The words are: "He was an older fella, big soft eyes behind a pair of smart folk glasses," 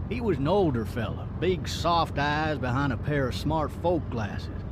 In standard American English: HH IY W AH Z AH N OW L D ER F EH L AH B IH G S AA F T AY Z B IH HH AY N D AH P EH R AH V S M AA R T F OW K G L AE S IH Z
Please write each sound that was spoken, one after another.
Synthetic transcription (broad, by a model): HH IY W AH Z N OW L D ER F EH L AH B IH G S AA F T AY Z B IH HH AY N D AH P EH R AH V S M AA R T F OW K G L AE S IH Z